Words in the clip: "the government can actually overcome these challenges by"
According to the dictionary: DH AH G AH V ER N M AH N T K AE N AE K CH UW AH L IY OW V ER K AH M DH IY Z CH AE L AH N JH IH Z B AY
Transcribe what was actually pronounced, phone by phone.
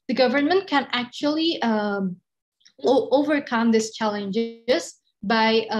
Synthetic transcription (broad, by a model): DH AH G AH V ER N M AH N T K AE N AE K CH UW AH L IY OW V ER K AH M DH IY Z CH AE L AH N JH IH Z B AY